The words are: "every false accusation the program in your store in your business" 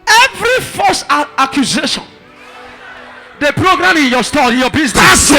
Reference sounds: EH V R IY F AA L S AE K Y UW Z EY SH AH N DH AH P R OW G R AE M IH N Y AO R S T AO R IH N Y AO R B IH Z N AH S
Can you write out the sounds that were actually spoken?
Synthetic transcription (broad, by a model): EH V R IY F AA S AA K Y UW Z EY SH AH N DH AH P R OW G R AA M IH N Y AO S T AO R IH N Y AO B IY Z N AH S